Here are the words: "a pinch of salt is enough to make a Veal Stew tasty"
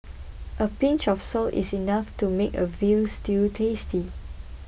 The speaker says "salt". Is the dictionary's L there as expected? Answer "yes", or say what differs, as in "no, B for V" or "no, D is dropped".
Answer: yes